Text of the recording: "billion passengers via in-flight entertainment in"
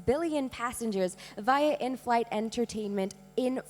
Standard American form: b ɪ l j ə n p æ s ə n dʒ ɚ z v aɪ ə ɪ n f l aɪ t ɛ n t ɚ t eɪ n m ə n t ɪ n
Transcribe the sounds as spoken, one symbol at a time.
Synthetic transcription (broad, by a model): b ɪ l j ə n p æ s ə n dʒ ɚ z v aɪ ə ɪ n f l aɪ t ɛ n t ɚ t eɪ n m ə n t ɪ n